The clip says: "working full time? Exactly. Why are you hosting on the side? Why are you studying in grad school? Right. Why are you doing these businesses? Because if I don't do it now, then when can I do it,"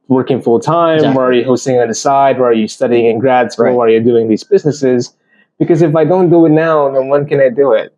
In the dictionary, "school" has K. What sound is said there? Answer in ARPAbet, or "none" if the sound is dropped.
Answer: none